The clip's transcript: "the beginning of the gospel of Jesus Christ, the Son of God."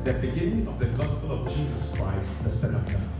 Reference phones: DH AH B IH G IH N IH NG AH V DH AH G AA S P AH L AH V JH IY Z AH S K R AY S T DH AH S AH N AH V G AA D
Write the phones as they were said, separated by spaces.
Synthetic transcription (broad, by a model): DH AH B IH G IH N IH NG AH V DH AH G AA S P AH L AH V JH IY Z AH S K R AY S T DH AH S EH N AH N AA